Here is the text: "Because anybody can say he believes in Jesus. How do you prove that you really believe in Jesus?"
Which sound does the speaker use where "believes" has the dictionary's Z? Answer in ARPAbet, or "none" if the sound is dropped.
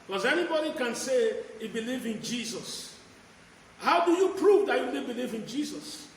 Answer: none